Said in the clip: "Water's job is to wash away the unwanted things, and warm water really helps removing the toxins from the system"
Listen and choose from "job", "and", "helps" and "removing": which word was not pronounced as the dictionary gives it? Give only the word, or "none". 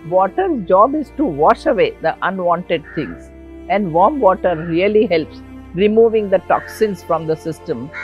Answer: none